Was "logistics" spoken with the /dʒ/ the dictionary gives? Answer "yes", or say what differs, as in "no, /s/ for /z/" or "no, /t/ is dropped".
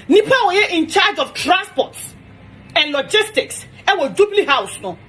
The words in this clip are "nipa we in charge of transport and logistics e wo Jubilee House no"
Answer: yes